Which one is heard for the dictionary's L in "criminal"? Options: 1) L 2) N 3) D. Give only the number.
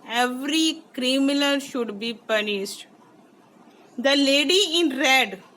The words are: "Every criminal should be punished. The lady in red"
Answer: 2